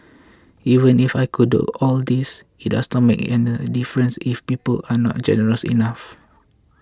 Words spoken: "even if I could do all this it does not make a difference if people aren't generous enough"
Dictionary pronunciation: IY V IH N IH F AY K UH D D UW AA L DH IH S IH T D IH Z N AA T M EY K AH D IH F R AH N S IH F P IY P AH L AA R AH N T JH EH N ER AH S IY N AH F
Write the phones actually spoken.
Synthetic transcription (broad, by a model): IY V IH N IH F AY K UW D D UW AA L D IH S IH T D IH S N AA T M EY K AH D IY F R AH N S IH F P IY P AH L AA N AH T JH EH N ER AH S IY N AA F